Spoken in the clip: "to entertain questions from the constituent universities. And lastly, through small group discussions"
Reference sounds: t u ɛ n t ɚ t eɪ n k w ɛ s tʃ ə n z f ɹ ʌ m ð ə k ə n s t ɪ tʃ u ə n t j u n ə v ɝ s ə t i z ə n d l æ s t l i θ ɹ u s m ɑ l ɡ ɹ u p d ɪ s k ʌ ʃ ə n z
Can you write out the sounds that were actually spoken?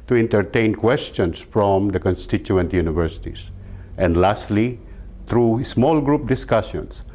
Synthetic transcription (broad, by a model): t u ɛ n t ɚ t eɪ n k w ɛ s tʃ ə n s f ɹ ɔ m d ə k ə n s t ɪ tʃ u ə n t j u n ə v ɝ s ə t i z ə n d l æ s t l i t ɹ u s m ɑ l ɡ ɹ u p d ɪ s k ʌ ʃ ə n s